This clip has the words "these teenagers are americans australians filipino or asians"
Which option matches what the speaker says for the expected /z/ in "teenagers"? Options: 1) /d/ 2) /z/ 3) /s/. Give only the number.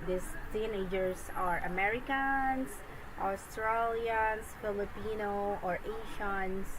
3